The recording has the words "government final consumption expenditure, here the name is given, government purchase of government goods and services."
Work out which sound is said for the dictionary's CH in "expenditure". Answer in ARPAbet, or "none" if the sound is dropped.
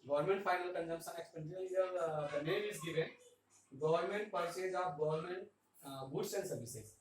none